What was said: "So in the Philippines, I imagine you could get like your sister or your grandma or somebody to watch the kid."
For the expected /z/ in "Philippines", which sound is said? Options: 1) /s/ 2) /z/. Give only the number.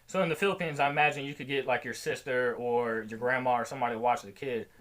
2